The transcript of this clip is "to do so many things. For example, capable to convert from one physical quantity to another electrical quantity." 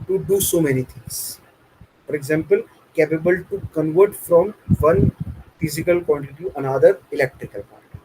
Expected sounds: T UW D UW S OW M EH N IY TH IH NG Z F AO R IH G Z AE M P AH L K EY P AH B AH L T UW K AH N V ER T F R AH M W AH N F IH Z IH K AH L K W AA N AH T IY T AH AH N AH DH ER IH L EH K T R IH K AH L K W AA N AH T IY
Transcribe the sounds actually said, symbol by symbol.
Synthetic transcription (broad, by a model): T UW D UW S OW M EH N IY T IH NG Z F AO R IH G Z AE M P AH L K EY P AH B AH L T UW K AH N V ER T F R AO M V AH N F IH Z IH K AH L K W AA N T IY T AH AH N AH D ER IH L EH K T R IH K AH L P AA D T